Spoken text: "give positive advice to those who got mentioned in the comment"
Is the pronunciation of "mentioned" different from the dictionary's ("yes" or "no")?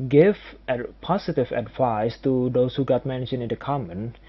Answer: yes